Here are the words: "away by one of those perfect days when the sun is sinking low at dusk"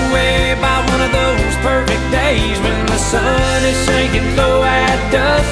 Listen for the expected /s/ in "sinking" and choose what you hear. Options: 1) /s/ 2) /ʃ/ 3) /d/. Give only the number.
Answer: 2